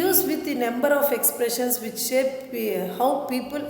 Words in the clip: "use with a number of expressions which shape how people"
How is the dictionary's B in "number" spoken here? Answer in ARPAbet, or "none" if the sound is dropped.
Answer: B